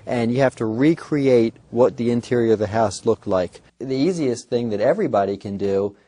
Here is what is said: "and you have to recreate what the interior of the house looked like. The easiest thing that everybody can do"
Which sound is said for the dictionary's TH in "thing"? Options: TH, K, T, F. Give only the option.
TH